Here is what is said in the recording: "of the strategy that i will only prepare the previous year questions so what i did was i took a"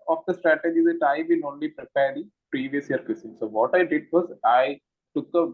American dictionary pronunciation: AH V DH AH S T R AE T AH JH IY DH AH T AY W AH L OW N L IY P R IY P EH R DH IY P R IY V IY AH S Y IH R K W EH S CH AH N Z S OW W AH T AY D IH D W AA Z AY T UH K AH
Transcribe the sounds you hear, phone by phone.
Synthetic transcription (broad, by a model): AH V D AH S T R AE T AH JH IY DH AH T AY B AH N OW N L IY P R IY P EH R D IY P R IY V IY AH S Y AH R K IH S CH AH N S OW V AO T AY D IH D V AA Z AY T UH K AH